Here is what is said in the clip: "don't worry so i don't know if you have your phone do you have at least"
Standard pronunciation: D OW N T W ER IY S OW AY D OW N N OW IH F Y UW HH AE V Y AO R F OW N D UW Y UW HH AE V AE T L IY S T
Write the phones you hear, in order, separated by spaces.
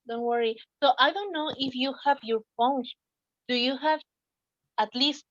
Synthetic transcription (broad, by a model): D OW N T W ER IY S OW AY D OW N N OW IH F Y UW HH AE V Y AO R P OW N D UW Y UW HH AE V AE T L IY S T